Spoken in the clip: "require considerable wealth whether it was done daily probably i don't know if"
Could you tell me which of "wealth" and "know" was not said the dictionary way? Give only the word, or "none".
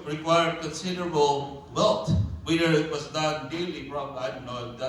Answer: wealth